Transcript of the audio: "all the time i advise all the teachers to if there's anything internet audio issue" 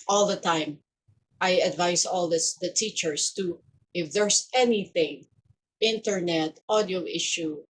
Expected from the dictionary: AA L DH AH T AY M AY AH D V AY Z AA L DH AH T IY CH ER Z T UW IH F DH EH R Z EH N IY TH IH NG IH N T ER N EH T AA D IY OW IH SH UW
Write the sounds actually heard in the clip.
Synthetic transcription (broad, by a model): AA L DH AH T AY M AY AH D V AY S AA L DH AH T IY CH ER S T UW IH F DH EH R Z EH N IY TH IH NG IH N T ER N EH T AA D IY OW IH SH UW